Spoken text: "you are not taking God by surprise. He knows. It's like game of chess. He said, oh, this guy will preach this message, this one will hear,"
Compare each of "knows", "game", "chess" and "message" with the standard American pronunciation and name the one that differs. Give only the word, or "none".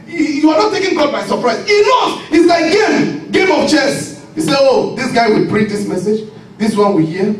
knows